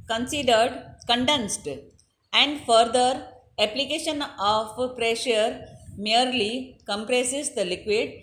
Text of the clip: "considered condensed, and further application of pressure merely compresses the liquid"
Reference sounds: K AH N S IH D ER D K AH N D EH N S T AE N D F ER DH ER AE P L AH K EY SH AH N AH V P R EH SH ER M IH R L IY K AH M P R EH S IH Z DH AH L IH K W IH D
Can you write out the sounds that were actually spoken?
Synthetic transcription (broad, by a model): K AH N S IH D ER D K AH N D EH N S T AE N D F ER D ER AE P L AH K EY SH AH N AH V P R EH SH ER M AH R L IY K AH M P R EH S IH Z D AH L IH K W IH D